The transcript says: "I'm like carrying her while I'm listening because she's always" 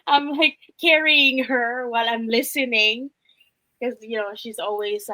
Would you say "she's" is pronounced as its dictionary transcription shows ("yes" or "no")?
yes